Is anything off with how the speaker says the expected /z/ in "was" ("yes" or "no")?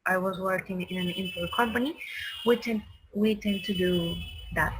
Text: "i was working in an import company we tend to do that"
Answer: no